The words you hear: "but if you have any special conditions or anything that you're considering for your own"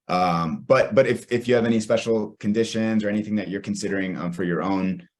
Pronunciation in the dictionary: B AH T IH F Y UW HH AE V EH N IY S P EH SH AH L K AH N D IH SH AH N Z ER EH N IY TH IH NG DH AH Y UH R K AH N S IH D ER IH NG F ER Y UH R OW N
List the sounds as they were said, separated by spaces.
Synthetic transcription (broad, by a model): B AH T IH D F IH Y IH V EH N IY S P EH SH L K AH N D IH SH AH N Z ER EH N IY TH IH NG DH AH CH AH R K N S IH D ER IH NG F ER Y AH R OW N